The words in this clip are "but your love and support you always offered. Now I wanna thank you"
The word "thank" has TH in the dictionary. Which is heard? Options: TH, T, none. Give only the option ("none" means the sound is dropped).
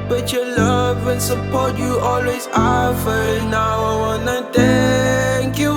T